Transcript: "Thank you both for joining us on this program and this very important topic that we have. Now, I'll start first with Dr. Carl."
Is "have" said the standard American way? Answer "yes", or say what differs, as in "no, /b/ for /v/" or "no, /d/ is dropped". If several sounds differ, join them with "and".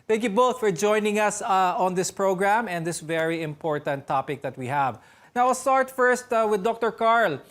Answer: yes